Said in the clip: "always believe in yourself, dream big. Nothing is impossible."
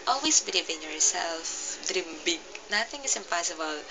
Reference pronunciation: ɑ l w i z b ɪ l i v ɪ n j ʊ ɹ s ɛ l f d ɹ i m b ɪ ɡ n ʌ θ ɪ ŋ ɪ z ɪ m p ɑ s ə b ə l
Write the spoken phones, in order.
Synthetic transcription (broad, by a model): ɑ l w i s b ɪ l i v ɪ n j ʊ ɹ s ɛ l f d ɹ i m b ɪ ɡ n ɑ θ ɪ ŋ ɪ s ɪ m p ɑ s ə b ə l